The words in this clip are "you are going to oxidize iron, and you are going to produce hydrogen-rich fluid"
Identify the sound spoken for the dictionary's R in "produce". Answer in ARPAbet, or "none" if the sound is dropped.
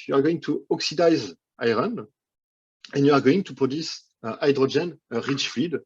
none